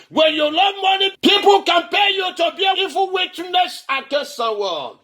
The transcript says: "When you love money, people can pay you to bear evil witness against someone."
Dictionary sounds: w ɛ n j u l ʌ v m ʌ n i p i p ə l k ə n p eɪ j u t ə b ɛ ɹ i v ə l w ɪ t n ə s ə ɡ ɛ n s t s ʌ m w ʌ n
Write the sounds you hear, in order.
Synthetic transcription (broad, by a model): w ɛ n j u l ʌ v m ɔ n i p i p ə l k ə n p eɪ j u t ə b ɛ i f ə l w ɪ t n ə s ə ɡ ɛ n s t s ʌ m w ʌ